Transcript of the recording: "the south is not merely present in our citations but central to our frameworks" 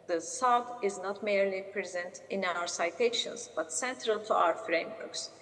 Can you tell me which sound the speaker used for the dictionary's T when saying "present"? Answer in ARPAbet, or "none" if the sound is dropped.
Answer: T